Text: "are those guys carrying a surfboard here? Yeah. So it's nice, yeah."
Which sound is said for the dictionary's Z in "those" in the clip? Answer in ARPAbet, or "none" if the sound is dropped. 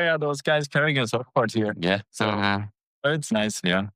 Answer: Z